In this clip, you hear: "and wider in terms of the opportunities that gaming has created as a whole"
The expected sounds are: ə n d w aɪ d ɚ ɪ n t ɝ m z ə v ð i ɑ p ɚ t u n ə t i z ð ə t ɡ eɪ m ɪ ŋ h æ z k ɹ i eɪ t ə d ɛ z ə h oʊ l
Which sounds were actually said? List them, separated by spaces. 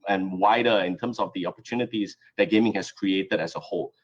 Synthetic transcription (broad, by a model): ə n w aɪ d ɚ ɪ n t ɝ m s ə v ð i ɑ p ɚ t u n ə t i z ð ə t ɡ eɪ m ɪ ŋ h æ s k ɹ i eɪ t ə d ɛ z ə h oʊ l